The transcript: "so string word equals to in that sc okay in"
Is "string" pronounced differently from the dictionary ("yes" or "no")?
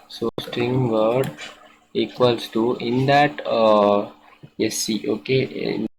no